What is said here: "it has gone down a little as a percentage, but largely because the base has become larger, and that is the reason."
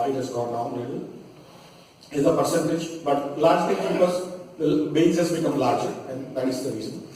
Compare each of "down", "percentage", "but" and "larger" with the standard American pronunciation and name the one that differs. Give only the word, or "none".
down